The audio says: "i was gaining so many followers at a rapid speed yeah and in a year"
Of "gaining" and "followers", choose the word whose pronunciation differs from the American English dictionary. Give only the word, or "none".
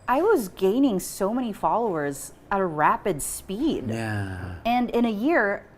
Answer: none